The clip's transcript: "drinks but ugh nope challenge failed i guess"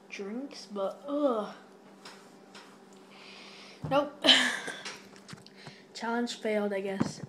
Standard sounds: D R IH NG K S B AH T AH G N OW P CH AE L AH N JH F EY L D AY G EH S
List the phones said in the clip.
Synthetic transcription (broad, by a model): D R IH NG K S B AH T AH N OW CH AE L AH N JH F EY L D AY G EH S